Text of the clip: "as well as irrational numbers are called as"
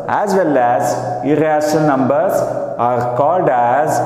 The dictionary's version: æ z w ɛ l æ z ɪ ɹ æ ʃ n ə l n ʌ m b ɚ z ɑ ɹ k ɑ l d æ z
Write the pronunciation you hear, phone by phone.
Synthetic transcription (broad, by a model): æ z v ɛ l æ z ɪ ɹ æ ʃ ə n n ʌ m b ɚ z ɑ ɹ k ɑ l d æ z